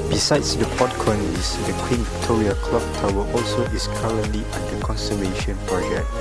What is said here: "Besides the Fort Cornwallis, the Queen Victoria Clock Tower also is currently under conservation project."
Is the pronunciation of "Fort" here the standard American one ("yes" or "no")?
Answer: no